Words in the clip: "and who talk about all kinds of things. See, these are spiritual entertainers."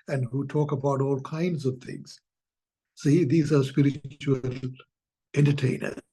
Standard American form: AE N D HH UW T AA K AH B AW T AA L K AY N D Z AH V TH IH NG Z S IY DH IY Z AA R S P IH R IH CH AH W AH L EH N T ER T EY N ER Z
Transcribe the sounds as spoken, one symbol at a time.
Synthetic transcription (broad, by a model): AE N D HH UW T AA K AH B AW T AA L K AY N D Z AH V T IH NG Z S IY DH IY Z AA R S P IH R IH CH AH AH L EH N T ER T EY N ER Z